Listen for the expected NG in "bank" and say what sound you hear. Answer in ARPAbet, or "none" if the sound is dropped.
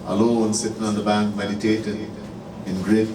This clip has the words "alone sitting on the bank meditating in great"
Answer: NG